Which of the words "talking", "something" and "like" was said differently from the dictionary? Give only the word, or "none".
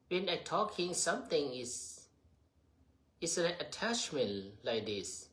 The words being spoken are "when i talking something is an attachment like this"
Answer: something